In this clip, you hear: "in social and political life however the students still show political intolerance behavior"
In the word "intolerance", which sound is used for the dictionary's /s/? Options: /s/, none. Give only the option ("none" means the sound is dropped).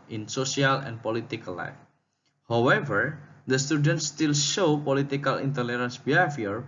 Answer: /s/